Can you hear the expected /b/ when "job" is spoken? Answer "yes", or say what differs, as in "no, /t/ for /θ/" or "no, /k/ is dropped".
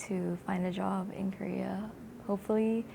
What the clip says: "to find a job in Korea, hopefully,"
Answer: yes